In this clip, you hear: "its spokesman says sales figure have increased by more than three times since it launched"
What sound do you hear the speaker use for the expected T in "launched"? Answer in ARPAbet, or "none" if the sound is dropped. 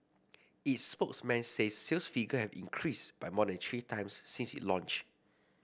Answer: none